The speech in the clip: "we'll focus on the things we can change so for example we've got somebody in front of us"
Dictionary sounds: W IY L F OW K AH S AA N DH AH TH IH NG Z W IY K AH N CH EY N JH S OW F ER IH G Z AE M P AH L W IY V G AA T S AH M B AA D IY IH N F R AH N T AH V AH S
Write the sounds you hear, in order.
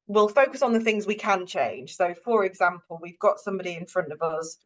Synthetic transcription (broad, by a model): W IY L F OW K AH S N DH AH TH IH NG Z W IY K AH N CH EY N ZH S OW F ER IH G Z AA M P AH L W IY V G AA T S AH M B AA D IY IH N F R AH N T AH V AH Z